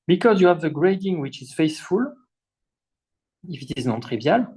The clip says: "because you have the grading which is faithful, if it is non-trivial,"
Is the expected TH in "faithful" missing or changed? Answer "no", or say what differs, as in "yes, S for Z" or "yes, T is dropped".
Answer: yes, S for TH